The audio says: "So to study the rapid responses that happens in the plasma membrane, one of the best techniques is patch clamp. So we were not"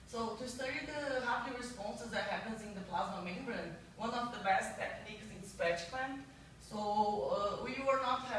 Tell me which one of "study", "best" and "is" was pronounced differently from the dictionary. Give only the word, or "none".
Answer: is